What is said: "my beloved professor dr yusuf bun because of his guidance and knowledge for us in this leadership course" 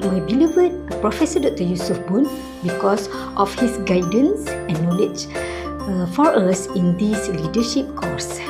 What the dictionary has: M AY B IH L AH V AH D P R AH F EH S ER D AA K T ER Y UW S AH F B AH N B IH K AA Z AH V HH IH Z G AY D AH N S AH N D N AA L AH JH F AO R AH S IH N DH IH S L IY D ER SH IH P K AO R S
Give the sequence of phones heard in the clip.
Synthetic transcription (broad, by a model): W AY B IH L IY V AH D P R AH F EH S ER D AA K T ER Y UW S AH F B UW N B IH K AA S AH F HH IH S G AY D AH N S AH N N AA L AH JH F AO R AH S IH N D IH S L IY D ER SH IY P K AO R S